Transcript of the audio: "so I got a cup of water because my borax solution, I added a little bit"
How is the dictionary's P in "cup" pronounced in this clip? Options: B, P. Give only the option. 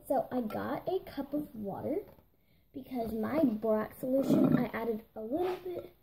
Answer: P